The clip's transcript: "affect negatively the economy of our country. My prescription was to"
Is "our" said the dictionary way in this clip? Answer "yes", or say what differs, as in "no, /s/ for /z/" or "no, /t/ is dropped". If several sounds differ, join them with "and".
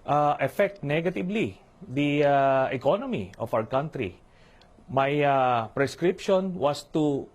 no, /w/ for /ɹ/